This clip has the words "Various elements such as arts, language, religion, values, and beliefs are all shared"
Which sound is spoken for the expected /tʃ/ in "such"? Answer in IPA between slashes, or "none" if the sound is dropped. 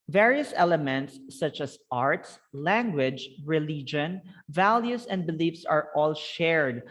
/tʃ/